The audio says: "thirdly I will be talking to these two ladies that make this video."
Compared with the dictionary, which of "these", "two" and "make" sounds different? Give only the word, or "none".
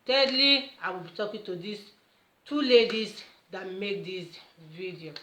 these